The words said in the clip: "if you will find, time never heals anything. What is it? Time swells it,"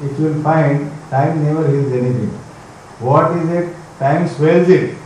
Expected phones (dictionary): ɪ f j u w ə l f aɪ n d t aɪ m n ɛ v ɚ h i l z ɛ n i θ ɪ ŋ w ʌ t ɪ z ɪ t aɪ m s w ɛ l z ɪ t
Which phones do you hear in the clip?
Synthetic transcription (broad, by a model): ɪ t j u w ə l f aɪ n d t aɪ m n ɛ v ɚ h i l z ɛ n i t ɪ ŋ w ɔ t ɪ z ɪ t aɪ m s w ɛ l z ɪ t